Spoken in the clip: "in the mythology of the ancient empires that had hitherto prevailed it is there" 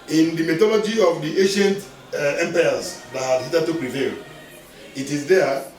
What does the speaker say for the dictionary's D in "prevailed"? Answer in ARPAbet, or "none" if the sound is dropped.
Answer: none